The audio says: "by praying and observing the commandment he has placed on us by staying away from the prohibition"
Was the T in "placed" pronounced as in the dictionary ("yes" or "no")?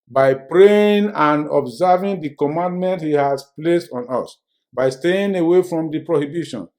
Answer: yes